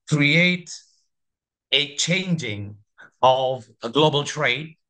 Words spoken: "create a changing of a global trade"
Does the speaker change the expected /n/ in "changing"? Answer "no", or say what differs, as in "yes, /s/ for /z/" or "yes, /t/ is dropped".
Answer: no